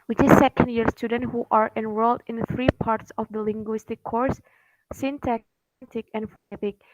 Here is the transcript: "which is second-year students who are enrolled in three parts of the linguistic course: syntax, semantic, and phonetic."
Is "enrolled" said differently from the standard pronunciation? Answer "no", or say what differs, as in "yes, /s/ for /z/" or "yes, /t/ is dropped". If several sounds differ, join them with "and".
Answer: yes, /w/ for /ɹ/